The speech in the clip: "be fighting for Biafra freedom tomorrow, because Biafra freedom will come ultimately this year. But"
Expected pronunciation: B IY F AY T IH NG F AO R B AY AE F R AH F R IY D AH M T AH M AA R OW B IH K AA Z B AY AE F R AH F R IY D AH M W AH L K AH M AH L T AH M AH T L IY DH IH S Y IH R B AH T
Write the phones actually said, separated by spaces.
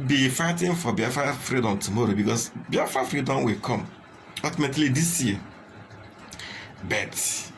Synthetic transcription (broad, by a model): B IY F AY T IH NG F AO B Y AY F AH F R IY D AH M T AH M AA R OW B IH K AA S B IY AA F AH F R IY D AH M W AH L K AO M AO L T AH M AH T L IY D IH S Y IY B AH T